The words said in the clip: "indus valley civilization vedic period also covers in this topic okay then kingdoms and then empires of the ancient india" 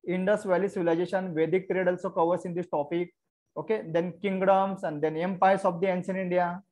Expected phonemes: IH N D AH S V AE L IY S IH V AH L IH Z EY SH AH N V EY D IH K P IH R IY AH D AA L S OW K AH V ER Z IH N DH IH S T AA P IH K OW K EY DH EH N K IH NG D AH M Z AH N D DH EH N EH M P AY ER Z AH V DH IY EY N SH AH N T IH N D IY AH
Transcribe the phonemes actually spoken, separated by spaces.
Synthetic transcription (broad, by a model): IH N D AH S V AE L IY S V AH L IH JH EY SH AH N V EY D IH K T R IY D AA L S OW K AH V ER S IH N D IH S T AA P IH K OW K EY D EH N K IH NG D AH M S AH N D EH N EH M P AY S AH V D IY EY N S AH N IH N D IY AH